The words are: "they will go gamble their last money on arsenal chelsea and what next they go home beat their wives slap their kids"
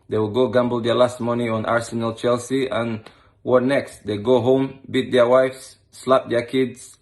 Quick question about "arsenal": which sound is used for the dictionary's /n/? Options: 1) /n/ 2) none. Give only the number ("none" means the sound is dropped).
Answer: 1